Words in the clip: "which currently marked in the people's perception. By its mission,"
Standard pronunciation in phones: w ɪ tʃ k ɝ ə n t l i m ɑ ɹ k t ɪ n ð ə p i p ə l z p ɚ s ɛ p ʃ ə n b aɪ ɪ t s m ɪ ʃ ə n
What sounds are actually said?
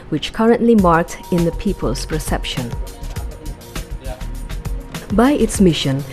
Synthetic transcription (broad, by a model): w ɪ tʃ k ɝ ə n t l i m ɑ ɹ k t ɪ n ð ə p i p ə l z p ɚ s ɛ p ʃ ə n b aɪ ɪ t s m ɪ ʃ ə n